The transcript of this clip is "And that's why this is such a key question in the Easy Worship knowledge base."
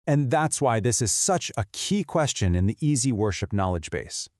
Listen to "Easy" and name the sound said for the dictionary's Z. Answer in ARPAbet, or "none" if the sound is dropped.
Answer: Z